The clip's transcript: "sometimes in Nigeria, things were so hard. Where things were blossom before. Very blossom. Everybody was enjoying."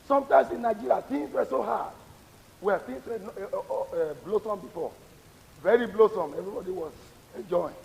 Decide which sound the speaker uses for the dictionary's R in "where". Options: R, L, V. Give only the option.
L